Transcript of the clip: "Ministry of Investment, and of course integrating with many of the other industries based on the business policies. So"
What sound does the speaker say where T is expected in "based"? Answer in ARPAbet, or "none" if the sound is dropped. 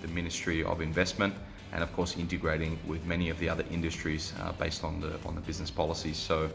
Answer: T